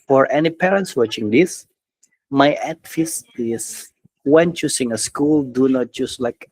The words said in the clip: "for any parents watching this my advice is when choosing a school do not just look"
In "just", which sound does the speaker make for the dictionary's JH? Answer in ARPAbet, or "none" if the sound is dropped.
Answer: CH